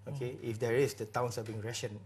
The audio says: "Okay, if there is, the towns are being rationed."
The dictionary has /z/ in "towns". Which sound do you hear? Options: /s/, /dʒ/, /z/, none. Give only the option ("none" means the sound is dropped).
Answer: /s/